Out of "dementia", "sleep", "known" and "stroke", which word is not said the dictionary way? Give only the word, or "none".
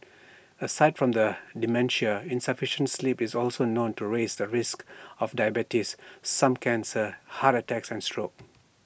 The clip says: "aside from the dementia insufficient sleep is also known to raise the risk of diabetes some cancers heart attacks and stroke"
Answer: none